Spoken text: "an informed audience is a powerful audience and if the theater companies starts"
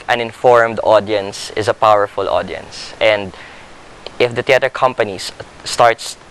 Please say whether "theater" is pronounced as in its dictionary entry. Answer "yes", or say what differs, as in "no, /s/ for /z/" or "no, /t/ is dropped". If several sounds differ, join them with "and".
no, /t/ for /θ/